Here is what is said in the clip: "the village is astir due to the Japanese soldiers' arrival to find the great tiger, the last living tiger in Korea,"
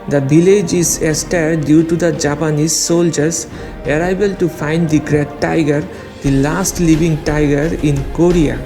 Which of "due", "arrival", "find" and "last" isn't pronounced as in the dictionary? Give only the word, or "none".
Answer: arrival